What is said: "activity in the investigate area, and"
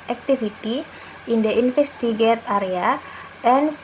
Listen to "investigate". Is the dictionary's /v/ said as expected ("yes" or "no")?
no